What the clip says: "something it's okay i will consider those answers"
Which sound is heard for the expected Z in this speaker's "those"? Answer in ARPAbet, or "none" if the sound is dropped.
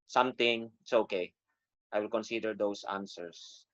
S